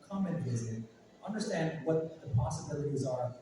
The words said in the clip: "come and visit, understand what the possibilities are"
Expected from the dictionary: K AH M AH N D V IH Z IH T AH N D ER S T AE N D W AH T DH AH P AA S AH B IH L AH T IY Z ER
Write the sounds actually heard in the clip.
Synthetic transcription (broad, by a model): K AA M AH N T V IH Z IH T AH N D ER S T AE N D W AH T DH AH P AA S AH B IH L AH T IY Z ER